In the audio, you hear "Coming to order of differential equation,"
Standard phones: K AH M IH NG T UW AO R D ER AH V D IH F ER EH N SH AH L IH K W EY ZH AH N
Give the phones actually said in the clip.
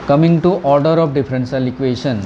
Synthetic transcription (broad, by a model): K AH M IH NG T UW AO R D ER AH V D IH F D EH N S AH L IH K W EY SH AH N